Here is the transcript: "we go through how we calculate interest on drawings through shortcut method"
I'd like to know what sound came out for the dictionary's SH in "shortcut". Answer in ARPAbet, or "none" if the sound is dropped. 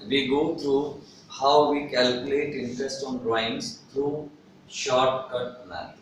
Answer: SH